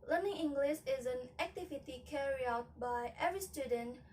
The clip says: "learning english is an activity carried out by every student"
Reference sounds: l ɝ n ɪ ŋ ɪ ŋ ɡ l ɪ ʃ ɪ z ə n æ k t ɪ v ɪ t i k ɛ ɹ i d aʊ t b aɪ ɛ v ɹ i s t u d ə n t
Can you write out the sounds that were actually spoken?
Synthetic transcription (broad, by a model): l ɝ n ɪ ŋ ɪ ŋ ɡ l ɪ ʃ ɪ z ə n æ k t ɪ v ɪ t i k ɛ ɹ i aʊ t b aɪ ɛ v ɹ i s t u d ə n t